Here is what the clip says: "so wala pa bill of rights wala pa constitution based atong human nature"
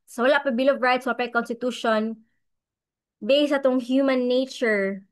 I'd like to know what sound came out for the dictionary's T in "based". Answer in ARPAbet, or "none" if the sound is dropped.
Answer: none